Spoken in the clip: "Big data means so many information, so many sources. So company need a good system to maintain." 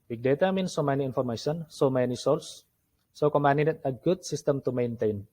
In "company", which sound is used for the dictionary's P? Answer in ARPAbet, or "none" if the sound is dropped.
none